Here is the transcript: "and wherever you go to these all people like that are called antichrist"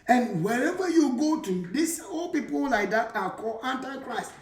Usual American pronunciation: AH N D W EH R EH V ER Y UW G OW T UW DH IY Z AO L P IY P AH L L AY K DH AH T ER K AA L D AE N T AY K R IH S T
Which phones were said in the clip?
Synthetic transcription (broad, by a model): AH N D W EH R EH V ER Y UW G OW T UW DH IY S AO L P IY P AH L L AY K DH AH T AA K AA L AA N T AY K R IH S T